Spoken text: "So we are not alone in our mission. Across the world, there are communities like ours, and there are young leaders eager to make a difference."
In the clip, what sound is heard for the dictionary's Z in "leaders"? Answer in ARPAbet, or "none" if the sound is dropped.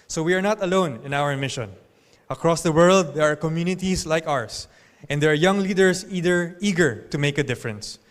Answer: S